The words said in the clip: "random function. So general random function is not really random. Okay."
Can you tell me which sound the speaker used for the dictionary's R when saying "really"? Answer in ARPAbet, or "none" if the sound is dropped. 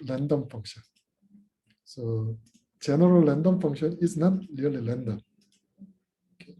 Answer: L